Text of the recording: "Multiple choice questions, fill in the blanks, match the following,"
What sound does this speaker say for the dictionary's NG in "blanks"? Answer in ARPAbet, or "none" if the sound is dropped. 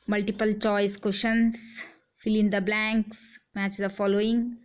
NG